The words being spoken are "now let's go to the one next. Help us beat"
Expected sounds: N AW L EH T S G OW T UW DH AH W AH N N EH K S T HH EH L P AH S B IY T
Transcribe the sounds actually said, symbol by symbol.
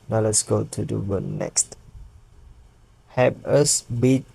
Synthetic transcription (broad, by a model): N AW L EH T S G OW T UW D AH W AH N N EH K S T HH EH P AH S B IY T